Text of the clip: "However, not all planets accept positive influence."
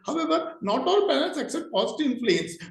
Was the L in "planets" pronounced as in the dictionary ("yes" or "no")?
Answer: no